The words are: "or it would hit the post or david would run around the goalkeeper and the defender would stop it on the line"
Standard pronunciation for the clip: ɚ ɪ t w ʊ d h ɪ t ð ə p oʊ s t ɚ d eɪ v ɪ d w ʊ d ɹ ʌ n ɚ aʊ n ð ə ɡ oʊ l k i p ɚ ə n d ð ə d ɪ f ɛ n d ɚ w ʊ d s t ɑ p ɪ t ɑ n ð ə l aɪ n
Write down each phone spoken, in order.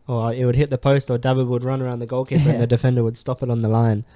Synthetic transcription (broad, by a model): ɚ ɪ t w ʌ d h ɪ t ð ə p oʊ s t ɚ d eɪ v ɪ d w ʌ d ɹ ʌ n ɚ aʊ n ð ə ɡ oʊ l k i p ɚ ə n ð ə d ɪ f ɛ n d ɚ w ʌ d s t ɑ p ɪ t n ð ə l aɪ n